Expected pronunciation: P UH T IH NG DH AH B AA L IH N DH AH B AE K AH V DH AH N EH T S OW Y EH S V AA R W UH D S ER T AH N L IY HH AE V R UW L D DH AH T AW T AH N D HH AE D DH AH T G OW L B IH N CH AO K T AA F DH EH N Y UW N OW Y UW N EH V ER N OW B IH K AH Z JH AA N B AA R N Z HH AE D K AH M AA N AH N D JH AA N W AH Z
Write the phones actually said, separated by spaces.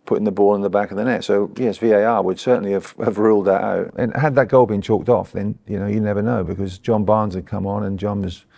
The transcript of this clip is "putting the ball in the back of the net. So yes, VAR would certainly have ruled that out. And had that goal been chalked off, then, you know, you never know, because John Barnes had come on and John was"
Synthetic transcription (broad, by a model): P UH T IH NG DH AH B AA L IH N DH AH B AE K AH V DH AH N EH T S OW Y EH S V AA R W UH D S ER T N L IY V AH V R UW L D DH AH T AW T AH N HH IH D DH AH T G OW L B IH N CH AO K T AA F DH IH N Y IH N OW Y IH N EH V ER N OW B IH K AH Z JH AA N B AA R N Z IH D K AH M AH N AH N JH AA N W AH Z